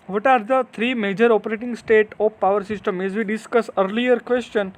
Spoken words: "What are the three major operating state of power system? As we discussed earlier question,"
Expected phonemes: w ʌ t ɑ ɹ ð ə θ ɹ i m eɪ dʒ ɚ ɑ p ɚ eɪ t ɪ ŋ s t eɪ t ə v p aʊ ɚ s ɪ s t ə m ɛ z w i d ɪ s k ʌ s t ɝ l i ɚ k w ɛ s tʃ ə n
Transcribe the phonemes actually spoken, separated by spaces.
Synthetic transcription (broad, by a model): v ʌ t ɑ ɹ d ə t ɹ i m eɪ dʒ ɚ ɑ p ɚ eɪ t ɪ ŋ s t eɪ t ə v p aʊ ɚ s ɪ s t ə m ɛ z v i d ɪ s k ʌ s ɝ l i ɚ k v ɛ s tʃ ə n